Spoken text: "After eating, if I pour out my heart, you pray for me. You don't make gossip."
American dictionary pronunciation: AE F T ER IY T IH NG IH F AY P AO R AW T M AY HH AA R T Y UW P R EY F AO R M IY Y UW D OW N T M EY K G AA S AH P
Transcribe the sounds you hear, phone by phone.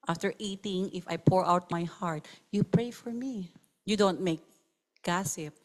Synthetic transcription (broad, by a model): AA F T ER IY T IH NG IH F AY P AO R AW T M AY HH AA R T Y UW P R EY F AO R M IY Y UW D OW N T M EY K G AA S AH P